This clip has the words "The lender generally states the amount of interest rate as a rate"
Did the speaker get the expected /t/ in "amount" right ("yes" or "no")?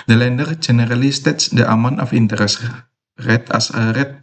no